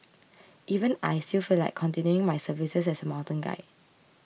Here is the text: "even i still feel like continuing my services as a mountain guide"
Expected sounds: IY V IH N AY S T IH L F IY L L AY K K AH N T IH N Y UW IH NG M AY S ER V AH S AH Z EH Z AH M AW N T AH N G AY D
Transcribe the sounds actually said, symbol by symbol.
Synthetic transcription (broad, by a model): IY V IH N AY S T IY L F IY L L AY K K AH N T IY N Y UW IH NG M AY S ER V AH S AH S EH S AH M AW N T AH N G AY